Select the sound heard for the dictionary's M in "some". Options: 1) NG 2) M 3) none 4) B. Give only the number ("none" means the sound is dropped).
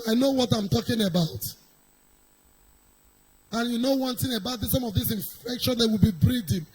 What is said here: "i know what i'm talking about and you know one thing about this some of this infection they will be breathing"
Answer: 2